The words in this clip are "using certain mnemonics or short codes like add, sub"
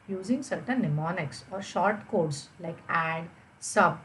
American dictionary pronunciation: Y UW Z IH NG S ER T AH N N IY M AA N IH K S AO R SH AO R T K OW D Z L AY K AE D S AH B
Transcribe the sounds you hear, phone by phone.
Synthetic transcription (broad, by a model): Y UW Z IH NG S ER T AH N N IY M AA N IH K S AO R SH AO R T K OW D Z L AY K AE D S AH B